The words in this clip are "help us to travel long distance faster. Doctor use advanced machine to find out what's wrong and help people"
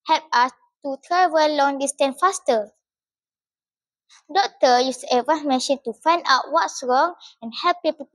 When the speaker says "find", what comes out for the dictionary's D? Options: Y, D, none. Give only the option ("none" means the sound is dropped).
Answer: D